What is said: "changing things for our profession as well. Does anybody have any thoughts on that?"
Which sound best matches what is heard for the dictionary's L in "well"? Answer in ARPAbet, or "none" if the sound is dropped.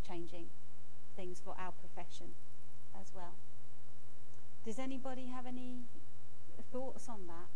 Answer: L